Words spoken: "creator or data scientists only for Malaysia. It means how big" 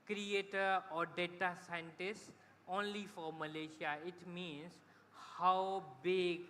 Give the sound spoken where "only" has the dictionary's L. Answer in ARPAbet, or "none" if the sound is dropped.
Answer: L